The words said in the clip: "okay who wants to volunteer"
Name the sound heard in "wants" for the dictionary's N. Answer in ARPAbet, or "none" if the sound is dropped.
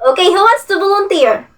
none